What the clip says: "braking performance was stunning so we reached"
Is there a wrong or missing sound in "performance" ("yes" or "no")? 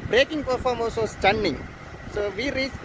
yes